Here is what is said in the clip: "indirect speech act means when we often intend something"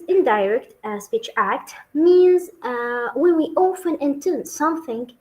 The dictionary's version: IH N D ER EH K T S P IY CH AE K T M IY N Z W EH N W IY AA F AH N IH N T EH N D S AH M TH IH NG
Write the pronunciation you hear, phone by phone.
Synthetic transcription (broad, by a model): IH N D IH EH K T S P IY CH AE K T M IY N Z W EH N W IY AA F AH N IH N T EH N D S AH M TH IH NG